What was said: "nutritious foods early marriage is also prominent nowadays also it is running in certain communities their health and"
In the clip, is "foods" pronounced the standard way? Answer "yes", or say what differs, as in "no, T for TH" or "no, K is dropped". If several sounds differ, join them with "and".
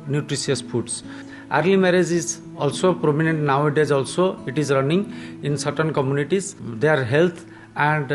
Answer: no, P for F